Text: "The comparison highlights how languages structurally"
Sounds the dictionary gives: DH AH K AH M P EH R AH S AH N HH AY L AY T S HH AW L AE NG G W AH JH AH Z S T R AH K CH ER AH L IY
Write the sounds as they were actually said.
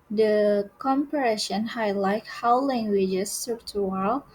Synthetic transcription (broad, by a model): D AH K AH M P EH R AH SH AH N HH AY L AY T HH AW L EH NG G W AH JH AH S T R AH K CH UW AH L